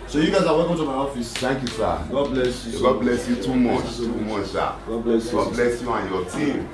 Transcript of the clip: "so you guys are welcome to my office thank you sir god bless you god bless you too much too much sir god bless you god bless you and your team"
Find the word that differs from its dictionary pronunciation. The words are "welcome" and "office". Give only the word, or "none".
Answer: none